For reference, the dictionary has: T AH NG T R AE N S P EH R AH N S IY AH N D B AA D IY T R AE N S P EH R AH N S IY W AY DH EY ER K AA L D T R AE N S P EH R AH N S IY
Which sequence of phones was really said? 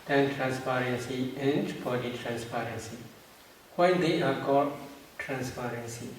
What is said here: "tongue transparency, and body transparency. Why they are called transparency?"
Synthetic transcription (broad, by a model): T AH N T R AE N S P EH R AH N S IY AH N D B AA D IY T R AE N S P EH R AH N S IY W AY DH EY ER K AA D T R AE N S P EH R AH N S IY